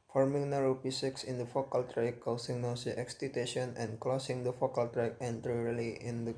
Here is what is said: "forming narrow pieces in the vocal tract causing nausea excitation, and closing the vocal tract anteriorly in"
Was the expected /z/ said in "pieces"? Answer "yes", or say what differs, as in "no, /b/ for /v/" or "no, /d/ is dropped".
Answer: no, /s/ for /z/